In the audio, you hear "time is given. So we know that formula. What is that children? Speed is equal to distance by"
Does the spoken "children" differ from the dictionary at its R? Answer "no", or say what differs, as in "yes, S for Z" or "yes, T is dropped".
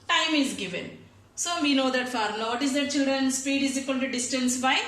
no